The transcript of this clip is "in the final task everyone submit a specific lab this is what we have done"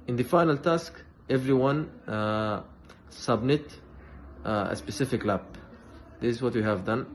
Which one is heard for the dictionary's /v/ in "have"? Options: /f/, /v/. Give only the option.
/v/